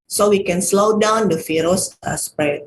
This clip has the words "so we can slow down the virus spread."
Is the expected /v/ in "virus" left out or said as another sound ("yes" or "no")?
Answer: yes